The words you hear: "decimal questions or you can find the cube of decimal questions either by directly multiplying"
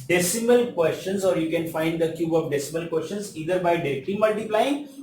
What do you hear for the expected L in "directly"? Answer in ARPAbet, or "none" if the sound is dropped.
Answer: none